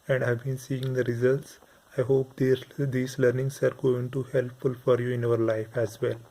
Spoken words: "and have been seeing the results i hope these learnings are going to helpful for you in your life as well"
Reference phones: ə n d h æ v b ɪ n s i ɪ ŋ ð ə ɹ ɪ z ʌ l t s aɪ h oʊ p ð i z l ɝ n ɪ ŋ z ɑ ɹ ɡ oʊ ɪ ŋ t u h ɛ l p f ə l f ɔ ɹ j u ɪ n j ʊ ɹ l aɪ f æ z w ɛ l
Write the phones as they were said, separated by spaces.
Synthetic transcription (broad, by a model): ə n d h æ v b ɪ n s i ɪ ŋ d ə ɹ ɪ z ʌ l t s aɪ h oʊ p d i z l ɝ n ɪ ŋ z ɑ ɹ ɡ oʊ ɪ ŋ t u h ɛ l p f ə l f ɔ ɹ j u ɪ n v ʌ ɹ l aɪ f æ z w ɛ l